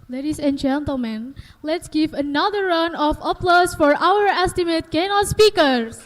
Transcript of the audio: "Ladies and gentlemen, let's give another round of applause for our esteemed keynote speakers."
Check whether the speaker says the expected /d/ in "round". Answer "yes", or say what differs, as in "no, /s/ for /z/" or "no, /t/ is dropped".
no, /d/ is dropped